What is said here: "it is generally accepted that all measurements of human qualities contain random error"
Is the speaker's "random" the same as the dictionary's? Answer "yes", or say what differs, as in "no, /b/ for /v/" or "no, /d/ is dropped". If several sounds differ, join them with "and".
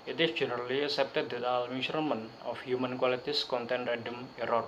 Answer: no, /n/ is dropped